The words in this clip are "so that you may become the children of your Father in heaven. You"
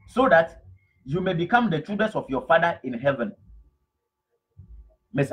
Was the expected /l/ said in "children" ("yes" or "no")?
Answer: no